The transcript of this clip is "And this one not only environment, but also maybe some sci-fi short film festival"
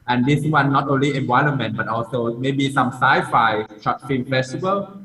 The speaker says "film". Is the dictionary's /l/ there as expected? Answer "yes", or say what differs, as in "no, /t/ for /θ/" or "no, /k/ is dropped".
no, /l/ is dropped